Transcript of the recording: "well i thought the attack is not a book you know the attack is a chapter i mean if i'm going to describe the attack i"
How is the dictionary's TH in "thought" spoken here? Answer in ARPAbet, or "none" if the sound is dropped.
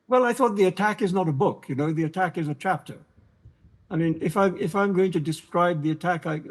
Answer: TH